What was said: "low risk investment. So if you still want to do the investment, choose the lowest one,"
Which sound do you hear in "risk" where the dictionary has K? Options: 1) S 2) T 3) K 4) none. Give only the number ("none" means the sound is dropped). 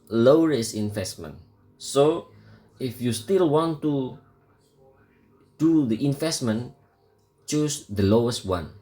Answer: 4